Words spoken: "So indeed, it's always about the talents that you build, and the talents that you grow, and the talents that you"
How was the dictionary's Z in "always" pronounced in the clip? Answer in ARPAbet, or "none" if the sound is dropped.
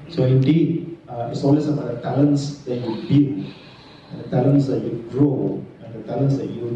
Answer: S